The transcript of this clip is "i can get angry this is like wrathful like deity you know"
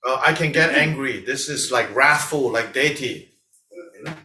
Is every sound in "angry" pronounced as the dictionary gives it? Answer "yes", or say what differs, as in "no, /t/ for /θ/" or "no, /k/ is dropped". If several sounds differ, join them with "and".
yes